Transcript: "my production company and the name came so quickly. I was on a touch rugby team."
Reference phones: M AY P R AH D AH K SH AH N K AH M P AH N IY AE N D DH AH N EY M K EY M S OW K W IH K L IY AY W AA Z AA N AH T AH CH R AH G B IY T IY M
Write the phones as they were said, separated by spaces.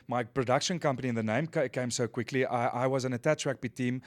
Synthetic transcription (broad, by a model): M AY P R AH D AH K SH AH N K AH M P AH N IY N DH AH N EY M K EY M S OW K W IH K L IY AY W AA Z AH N AH T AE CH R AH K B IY T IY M